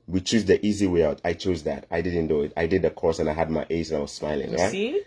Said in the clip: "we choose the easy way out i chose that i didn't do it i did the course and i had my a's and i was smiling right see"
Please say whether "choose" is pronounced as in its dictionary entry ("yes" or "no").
yes